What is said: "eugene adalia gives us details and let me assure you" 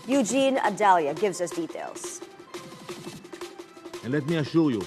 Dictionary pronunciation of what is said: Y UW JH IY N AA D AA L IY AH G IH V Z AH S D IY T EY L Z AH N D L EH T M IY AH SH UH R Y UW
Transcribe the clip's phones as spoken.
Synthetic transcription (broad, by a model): Y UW JH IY N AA D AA L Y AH G IH V Z AH S D IY T EY L Z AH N L EH T M IY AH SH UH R Y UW